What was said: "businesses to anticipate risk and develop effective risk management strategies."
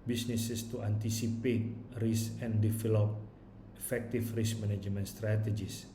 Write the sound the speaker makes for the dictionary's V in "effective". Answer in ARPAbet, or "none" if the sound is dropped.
F